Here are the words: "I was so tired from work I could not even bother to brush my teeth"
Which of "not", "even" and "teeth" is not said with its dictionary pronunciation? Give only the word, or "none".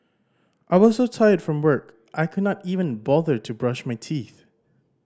none